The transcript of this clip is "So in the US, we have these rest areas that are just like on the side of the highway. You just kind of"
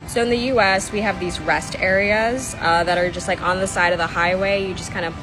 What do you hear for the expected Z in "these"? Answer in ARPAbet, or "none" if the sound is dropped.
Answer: Z